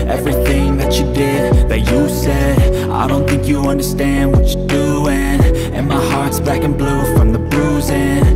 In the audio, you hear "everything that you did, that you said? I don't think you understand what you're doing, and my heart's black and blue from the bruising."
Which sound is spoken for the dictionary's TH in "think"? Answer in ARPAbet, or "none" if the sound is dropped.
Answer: TH